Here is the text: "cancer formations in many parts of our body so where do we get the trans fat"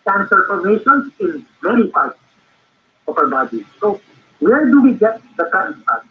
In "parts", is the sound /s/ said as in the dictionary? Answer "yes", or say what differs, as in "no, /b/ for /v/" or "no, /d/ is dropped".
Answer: no, /s/ is dropped